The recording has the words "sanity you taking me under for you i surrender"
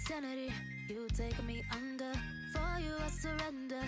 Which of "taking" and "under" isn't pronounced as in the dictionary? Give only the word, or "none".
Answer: taking